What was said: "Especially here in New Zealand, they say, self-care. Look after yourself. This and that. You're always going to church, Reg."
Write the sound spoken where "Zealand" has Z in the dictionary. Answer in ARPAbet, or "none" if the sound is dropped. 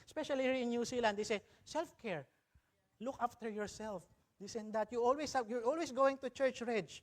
S